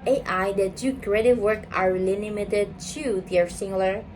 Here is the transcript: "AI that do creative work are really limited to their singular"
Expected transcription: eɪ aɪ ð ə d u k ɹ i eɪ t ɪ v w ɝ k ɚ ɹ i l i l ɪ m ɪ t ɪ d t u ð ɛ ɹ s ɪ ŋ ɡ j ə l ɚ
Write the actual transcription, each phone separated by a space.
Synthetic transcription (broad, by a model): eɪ aɪ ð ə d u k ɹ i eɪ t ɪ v w ɝ k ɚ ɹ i l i n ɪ m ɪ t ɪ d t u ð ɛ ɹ s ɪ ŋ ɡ l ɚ